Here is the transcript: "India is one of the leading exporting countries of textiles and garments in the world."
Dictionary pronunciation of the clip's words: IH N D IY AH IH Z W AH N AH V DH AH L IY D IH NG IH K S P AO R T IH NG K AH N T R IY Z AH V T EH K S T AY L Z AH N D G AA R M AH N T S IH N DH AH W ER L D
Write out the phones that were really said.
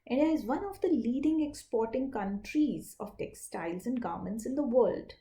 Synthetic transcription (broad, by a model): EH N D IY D IH Z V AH N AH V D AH L IY D IH NG IH K S P AO R T IH NG K AH N T R IY Z AH V T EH K S T AY L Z AH N D G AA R M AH N T S IH N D AH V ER L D